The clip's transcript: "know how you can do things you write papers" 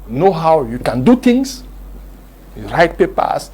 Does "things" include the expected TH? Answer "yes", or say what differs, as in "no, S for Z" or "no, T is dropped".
no, T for TH